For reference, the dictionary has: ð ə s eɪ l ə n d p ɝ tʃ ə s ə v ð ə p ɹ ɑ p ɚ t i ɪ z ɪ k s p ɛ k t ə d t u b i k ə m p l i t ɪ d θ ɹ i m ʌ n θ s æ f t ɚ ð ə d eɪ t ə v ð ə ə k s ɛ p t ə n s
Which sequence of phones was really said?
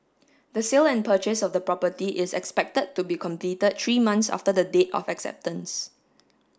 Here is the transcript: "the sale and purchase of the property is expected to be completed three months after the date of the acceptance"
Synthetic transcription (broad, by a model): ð ə s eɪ l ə n p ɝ tʃ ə s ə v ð ə p ɹ ɑ p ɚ t i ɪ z ɪ k s p ɛ k t ə d t u b i k ə m p l i t ɪ d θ ɹ i m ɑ n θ s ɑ f t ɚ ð ə d eɪ t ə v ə k s ɛ p t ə n s